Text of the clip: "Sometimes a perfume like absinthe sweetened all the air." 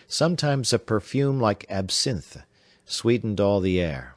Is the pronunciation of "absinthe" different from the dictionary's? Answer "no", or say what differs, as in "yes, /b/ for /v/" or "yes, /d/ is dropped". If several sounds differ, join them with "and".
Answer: no